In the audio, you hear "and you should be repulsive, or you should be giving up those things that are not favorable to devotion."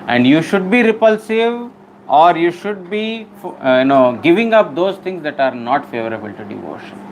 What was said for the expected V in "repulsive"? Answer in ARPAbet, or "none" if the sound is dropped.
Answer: V